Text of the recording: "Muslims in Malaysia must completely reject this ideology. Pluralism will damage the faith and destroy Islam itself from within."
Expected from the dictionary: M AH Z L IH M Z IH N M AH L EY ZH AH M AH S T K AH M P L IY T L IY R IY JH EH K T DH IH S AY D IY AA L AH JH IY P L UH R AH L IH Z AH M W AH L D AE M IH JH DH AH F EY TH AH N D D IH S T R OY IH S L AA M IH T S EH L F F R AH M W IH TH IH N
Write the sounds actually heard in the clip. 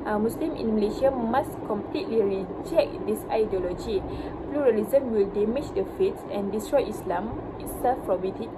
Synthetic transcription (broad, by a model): M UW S L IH M IH N M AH L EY SH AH M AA S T K AH M P L IY T L IY R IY JH EH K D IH S AY D IY AA L AH JH IY P L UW R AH L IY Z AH M W AH L D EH M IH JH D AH F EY S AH N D D IH S T R OY IH S L AA M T S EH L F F R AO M W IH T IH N